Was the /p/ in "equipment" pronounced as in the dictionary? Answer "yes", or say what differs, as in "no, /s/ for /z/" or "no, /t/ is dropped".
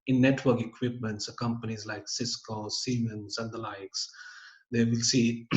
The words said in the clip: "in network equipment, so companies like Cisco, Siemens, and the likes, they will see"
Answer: yes